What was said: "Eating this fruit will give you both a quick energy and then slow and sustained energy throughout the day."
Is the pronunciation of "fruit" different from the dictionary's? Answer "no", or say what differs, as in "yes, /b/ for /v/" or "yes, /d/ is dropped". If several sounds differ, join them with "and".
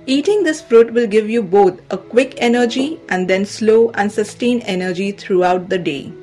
no